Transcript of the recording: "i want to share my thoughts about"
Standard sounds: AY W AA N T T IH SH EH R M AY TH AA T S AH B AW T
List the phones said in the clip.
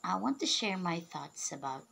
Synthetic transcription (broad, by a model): AY W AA N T T IH SH EH R M AY TH AA T S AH B AW T